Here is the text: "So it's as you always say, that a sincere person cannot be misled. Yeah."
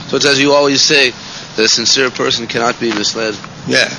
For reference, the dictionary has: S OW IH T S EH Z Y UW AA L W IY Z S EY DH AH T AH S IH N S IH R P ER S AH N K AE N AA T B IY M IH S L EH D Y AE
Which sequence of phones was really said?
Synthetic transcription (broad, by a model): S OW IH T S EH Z Y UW AA L W IY Z S EY DH AH T AH S IH N S IH R P ER S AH N K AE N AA T B IY M IH S L EH D Y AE